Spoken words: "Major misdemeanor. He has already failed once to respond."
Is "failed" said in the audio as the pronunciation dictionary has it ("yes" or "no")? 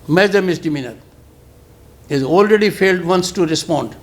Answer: yes